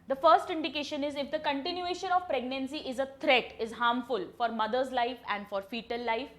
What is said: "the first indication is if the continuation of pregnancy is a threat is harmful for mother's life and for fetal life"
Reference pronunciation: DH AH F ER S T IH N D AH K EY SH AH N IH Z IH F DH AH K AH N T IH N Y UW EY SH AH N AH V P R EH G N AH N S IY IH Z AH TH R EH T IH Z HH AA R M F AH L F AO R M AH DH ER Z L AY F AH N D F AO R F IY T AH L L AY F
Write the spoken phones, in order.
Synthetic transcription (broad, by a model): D AH F ER S T IH N D AH K EY SH AH N IH Z IH F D AH K AH N T IH N Y UW EY SH AH N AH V P R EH G N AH N S IY IH Z AH T R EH T IH Z HH AA R M F AH L F AO R M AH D ER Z L AY F AH N D F AO R F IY T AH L L AY F